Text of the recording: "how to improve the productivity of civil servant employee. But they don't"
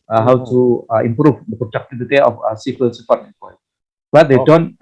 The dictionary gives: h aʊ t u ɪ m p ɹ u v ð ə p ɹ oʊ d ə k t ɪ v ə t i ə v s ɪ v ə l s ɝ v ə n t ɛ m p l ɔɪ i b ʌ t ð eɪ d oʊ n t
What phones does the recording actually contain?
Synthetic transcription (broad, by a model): h aʊ t u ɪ m p ɹ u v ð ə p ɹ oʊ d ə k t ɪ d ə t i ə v s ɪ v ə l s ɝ f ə t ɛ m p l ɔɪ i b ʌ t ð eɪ d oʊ n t